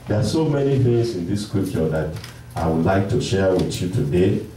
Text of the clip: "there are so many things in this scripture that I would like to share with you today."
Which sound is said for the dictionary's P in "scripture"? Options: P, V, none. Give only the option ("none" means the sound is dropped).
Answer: none